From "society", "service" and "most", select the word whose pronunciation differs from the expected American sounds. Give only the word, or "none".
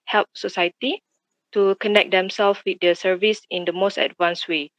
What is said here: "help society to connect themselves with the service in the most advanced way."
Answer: none